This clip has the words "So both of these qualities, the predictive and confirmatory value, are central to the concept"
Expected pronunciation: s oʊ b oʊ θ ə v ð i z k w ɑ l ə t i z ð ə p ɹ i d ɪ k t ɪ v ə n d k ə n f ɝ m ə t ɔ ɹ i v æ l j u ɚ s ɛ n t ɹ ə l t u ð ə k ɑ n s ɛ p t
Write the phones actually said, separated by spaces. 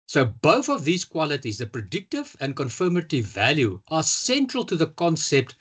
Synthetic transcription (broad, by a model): s oʊ b oʊ θ ə v ð i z k w ɑ l ə t i z ð ə p ɹ i d ɪ k t ɪ v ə n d k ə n f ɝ m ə t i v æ l j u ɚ s ɛ n t ɹ ə l t u ð ə k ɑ n s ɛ p t